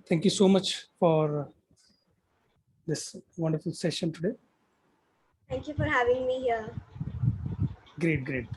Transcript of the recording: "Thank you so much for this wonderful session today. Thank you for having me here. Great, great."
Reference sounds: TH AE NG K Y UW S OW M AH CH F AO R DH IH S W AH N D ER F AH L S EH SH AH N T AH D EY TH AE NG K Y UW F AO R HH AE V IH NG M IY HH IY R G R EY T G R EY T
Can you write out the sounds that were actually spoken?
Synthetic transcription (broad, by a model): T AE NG K Y UW S OW M AH CH F AO R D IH S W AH N D ER F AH L S EH SH AH N T AH D EY T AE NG K Y UW F AO R HH AE V IH NG M IY HH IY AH G R EY T G R EY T